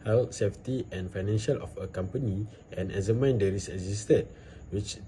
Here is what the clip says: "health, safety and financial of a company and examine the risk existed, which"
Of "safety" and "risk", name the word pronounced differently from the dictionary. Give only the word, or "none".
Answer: risk